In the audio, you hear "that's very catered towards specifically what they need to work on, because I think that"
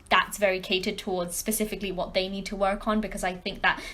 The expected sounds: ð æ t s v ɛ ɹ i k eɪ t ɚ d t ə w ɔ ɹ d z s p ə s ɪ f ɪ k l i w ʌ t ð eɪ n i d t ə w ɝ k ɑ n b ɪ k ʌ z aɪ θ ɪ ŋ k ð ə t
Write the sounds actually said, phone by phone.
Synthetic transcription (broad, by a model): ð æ t s v ɛ ɹ i k eɪ t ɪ d t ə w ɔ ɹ d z s p ə s ɪ f ɪ k l i w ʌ t ð eɪ n i d t ə w ɝ k n b ɪ k ʌ z aɪ θ ɪ ŋ k ð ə t